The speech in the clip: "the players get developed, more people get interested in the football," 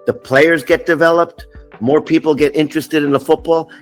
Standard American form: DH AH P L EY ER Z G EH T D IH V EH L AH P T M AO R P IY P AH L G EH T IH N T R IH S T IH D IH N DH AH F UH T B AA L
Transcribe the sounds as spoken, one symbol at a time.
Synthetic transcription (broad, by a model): DH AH P L EY ER Z G EH T D IH V EH L AH P T M AO R P IY P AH L G EH T IH N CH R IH S T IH D IH N DH AH F UH T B AA L